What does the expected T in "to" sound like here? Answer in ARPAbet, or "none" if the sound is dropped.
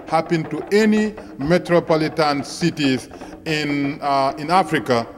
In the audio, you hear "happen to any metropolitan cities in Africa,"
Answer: T